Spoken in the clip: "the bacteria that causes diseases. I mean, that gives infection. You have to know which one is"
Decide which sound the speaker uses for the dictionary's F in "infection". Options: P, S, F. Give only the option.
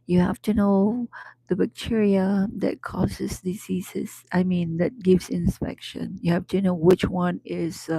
P